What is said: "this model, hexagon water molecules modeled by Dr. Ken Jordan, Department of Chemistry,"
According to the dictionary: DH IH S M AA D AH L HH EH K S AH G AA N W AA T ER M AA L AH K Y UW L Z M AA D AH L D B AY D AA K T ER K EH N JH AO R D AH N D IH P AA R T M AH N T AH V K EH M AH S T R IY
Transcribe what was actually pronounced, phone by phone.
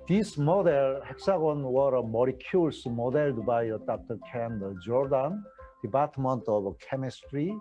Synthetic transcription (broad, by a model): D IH S M AA D AH L HH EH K S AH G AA N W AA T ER M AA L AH K Y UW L S M AA D AH L D B AY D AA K T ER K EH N JH AO R D AH N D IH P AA R T M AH N T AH B K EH M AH S T R IY